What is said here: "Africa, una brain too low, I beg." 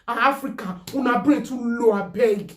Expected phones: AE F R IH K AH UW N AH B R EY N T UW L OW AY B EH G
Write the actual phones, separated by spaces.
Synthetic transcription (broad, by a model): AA F R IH K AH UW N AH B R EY T UW L OW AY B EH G